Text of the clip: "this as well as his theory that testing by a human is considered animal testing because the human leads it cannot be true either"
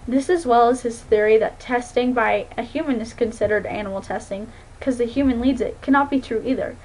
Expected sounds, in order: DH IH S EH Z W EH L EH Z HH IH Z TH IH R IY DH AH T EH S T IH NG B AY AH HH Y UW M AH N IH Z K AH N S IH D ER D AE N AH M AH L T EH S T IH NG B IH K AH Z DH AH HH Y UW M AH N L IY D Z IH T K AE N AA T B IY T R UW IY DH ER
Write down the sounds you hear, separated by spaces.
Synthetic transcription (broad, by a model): DH IH S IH Z W EH L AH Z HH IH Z TH IH R IY DH AH T EH S T IH NG B AY AH HH Y UW M AH N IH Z K AH N S IH D ER D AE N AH M L T EH S T IH NG K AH Z DH AH HH Y UW M AH N L IY D Z IH T K AE N AA T B IY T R UW IY DH ER